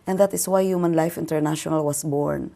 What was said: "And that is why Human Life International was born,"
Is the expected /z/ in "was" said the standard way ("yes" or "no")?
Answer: no